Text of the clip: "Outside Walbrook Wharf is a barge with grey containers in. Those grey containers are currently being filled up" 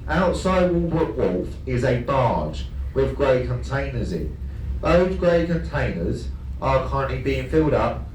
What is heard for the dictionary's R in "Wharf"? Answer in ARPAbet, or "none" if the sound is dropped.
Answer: L